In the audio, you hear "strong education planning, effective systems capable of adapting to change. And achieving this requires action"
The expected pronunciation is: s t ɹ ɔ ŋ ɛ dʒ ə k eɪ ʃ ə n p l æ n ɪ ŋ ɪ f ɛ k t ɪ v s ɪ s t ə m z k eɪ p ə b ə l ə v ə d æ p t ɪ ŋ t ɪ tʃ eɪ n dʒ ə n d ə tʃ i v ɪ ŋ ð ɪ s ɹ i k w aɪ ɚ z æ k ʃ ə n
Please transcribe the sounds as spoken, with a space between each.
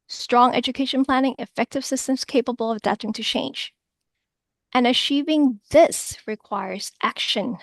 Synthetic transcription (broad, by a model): s t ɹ ɔ ŋ ɛ dʒ ə k eɪ ʃ ə n p l æ n ɪ ŋ ɪ f ɛ k t ɪ v s ɪ s t ə m z k eɪ p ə b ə l ə v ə d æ p t ɪ ŋ t ɪ tʃ eɪ n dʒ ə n ə tʃ i v ɪ ŋ ð ɪ s ɹ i k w aɪ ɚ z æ k ʃ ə n